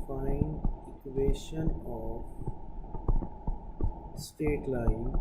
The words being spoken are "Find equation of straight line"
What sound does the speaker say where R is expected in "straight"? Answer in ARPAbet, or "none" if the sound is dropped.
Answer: none